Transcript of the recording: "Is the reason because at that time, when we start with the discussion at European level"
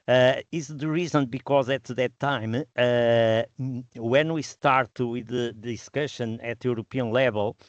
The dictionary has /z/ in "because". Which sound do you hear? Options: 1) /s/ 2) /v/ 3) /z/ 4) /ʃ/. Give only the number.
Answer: 3